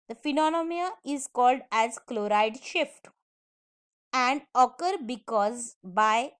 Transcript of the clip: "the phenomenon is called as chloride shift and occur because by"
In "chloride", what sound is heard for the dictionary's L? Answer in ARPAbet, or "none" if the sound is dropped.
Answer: L